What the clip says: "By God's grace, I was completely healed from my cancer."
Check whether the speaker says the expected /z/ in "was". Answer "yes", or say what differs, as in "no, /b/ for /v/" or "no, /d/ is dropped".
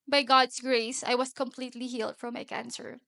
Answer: no, /s/ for /z/